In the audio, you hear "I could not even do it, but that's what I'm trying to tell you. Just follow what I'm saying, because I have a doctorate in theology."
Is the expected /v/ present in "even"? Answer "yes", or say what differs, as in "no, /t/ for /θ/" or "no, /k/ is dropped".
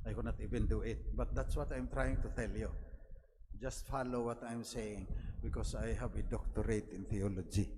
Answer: no, /b/ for /v/